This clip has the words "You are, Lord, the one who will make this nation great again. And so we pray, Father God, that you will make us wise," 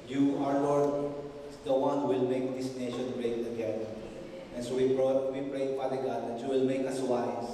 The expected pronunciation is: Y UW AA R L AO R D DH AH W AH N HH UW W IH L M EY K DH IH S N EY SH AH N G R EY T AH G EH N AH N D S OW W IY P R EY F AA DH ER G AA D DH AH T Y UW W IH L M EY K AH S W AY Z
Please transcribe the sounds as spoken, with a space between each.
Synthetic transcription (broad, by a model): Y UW AA R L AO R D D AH W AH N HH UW W IH L M EY K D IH S N EY SH AH N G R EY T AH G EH AH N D S OW W IY P R EY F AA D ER G AA D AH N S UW W IH L M EY K AH S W AY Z